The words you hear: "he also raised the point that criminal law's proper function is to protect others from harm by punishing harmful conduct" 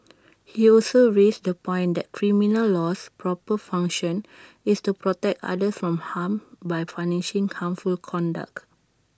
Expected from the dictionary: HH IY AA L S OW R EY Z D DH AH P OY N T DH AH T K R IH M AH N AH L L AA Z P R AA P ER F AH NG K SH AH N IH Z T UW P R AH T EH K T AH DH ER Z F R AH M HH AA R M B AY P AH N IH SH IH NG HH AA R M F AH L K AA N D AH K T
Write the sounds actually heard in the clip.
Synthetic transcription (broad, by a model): HH IY AA L S OW R EY S D AH P OY N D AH T K R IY M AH N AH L L AA S P R AA P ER F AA NG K SH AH N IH S T UW P R AH T EH K T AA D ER S F R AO M HH AA M B AY F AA N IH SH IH NG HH AA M F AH L K AA N D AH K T